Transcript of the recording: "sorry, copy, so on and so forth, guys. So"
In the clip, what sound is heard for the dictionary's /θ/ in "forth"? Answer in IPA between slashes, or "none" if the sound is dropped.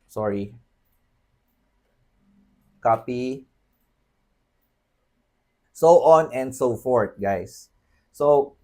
/t/